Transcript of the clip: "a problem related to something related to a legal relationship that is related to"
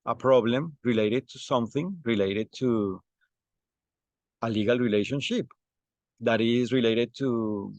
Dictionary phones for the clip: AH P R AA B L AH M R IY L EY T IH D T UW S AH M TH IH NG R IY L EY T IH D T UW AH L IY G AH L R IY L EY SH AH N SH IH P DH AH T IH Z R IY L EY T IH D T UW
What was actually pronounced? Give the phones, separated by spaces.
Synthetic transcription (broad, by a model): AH P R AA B L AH M R IY L EY T IH D T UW S AH M TH IH NG R IY L EY T IH D T UW AH L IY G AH L R IY L EY SH AH N SH IH P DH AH T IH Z R IY L EY T IH D T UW